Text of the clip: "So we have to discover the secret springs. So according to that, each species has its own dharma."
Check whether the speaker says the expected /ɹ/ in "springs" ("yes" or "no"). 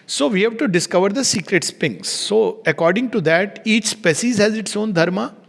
no